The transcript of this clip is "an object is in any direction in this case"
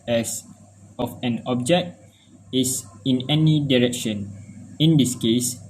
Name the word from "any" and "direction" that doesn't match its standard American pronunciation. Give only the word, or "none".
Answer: none